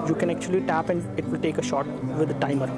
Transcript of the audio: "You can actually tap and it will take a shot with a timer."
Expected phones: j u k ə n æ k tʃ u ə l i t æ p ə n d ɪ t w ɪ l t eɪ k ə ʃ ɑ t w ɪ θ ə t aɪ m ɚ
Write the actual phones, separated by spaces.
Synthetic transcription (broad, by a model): j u k ə n æ k tʃ u ə l i t æ p ə n d ɪ t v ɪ l t eɪ k ə ʃ ɑ t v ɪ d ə t aɪ m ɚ